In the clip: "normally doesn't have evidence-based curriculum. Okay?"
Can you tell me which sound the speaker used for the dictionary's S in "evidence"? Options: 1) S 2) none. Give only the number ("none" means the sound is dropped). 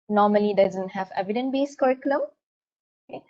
2